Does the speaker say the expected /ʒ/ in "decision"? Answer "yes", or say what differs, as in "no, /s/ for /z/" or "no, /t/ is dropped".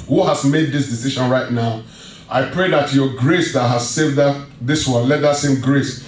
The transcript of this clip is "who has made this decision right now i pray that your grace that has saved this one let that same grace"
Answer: no, /ʃ/ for /ʒ/